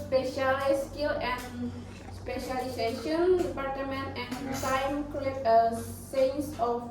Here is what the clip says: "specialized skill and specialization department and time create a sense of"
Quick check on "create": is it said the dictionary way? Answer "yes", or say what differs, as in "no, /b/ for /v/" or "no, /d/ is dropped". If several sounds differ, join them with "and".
no, /ɹ/ is dropped